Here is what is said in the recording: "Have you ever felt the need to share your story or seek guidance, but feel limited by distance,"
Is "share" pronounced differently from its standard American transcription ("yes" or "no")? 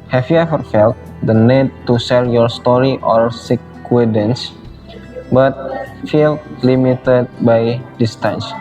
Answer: yes